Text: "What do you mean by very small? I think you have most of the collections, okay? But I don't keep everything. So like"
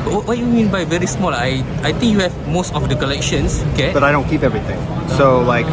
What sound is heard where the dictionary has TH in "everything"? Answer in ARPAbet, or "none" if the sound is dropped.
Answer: T